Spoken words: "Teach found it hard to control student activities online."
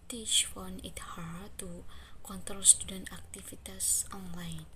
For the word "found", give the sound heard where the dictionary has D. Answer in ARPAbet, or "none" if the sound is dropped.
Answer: none